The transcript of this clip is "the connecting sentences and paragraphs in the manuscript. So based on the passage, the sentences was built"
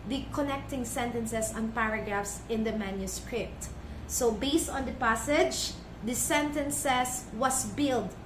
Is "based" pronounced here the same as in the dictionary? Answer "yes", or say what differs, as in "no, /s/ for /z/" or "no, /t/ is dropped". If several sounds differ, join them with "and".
yes